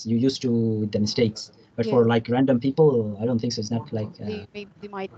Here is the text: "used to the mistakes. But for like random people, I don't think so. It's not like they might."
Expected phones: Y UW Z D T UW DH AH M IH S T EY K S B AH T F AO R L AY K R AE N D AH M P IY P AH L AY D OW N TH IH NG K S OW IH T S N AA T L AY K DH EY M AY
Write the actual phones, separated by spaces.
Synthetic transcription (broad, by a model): Y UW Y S T UW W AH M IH S T EY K S B AH T F AO R L AY K R AE N D AH M P IY P AH L AY D OW N T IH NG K S OW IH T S N AA T L AY K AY